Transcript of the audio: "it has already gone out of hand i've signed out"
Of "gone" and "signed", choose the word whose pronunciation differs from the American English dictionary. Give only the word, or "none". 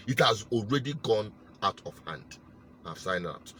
signed